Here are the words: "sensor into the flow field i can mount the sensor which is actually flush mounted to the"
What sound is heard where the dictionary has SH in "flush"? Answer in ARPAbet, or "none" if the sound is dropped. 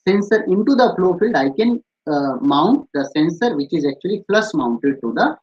S